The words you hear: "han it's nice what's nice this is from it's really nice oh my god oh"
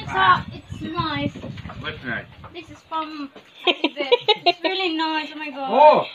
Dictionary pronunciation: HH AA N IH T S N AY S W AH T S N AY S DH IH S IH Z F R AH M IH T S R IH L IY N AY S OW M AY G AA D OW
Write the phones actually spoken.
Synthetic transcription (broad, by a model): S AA IH T S N AY S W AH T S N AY DH IH S IH Z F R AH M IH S R IH L IY N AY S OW M AY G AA OW